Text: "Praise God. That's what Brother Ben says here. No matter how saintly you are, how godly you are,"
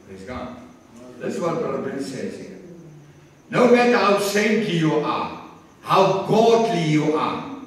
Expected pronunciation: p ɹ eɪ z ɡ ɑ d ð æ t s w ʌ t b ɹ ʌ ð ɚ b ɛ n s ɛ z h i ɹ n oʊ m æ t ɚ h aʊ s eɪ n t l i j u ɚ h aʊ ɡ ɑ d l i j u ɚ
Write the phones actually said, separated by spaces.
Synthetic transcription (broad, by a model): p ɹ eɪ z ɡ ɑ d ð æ s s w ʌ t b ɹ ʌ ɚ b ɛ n s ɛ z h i n oʊ m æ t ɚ h aʊ s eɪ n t i j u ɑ h aʊ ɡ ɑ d l i j u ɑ